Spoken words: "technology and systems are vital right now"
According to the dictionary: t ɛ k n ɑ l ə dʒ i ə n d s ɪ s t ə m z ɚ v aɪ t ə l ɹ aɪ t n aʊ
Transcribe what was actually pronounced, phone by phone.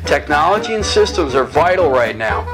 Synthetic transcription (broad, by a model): t ɛ k n ɑ l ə dʒ i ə n s ɪ s t ə m z ɚ v aɪ t l ɹ aɪ t n aʊ